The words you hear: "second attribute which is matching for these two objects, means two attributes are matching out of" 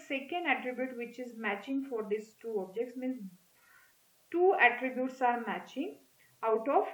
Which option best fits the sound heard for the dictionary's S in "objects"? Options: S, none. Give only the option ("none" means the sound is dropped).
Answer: S